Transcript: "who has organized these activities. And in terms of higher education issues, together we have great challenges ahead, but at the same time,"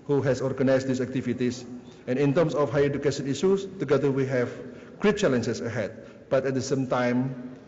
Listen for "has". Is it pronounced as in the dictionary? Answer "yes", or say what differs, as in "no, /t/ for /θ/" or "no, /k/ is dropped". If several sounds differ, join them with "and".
no, /s/ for /z/